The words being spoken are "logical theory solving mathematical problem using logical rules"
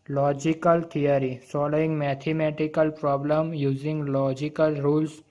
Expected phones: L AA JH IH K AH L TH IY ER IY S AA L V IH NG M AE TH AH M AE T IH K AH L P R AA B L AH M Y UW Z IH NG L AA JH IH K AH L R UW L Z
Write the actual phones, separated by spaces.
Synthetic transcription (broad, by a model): L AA JH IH K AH L T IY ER IY S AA L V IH NG M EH T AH M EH T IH K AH L P R AA B L AH M Y UW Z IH NG L AA JH IH K AH L R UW L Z